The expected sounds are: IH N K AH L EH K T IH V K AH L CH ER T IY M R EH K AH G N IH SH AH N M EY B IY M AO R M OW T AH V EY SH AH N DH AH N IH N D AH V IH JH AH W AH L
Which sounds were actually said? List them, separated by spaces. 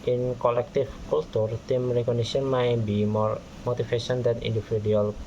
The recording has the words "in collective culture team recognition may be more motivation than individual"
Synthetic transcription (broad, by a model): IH N K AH L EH K T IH F K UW L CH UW T IY M R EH K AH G N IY S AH N M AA B IY M AO R M OW T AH F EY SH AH N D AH N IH N D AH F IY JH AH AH L